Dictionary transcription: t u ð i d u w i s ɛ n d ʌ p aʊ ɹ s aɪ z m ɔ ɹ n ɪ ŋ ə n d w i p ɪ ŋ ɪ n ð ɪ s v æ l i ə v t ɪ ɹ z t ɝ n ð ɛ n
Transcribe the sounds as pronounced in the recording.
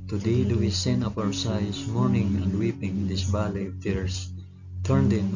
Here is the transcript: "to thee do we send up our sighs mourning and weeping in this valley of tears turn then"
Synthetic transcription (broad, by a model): t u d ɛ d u w i s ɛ n ʌ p aʊ ɹ s aɪ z m ɔ ɹ n ɪ ŋ ə n d w i p ɪ ŋ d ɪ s b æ l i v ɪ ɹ s t ɝ n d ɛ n